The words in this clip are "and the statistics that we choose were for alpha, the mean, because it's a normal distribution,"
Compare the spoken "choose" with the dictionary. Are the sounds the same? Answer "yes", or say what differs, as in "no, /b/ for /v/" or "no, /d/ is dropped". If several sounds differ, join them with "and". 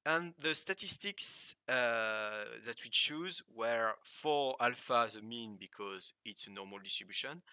yes